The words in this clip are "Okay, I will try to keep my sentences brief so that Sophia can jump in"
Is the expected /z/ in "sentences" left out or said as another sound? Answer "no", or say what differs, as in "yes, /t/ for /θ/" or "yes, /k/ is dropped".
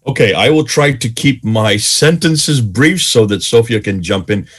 no